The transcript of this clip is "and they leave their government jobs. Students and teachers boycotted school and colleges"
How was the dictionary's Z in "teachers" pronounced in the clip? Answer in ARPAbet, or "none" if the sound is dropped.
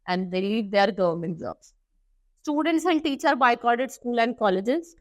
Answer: none